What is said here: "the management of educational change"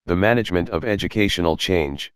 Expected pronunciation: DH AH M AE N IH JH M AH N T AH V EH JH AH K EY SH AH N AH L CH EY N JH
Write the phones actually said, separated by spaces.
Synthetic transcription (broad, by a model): DH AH M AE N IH JH M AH N T AH V EH JH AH K EY SH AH N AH L CH EY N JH